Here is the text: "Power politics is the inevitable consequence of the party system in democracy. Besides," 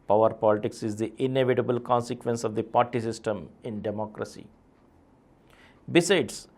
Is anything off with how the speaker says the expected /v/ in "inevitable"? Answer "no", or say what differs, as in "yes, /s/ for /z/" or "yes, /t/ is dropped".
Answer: no